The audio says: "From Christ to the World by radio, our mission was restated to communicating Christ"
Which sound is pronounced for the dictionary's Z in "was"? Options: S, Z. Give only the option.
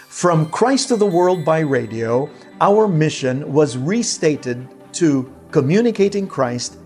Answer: Z